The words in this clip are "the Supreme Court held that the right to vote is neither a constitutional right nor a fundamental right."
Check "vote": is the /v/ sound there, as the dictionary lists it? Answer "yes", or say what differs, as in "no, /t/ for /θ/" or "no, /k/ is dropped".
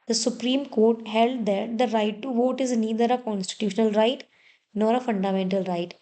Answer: yes